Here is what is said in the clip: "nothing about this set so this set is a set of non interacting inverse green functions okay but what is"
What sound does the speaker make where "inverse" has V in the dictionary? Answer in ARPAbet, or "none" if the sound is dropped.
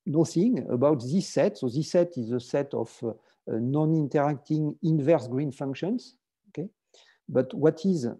V